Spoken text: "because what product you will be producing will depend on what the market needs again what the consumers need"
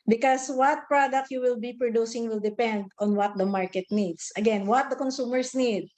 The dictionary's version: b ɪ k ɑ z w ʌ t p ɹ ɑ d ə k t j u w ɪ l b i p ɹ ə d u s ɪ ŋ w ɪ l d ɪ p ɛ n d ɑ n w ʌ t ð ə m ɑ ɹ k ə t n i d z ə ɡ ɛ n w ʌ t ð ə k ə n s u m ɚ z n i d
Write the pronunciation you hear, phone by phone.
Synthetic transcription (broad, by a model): b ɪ k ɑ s w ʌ t p ɹ ɑ d ə k t j u w ɪ l b i p ɹ ə d u s ɪ ŋ w ɪ l d ɪ p ɛ n d ɑ n w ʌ t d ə m ɑ ɹ k ə t n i d s ə ɡ ɛ n w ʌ t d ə k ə n s u m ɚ s n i d